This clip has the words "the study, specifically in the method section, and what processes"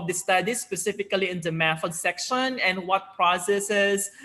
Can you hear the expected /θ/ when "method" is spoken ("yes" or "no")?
no